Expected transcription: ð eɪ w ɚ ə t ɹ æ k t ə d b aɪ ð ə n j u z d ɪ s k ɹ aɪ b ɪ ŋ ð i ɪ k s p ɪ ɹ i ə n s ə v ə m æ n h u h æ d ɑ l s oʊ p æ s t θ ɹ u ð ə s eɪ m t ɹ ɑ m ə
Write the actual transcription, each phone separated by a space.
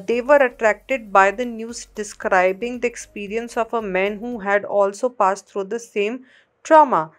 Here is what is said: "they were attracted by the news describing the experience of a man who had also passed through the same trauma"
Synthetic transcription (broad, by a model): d eɪ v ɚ ə t ɹ æ k t ə d b aɪ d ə n j u z d ɪ s k ɹ aɪ b ɪ ŋ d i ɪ k s p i ɹ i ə n s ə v ə m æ n h u h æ d ɑ l s oʊ p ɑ s t t ɹ u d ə s eɪ m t ɹ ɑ m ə